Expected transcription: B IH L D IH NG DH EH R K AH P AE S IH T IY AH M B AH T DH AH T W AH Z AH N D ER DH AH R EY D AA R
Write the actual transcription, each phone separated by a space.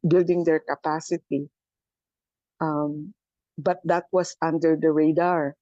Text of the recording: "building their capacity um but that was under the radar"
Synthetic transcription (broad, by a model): B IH L D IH NG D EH R K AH P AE S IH T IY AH M B AH T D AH T W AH S AH N D ER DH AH R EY D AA R